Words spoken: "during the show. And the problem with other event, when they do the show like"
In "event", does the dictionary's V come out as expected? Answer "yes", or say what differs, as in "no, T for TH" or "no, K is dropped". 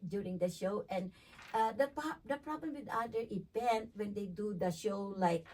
no, P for V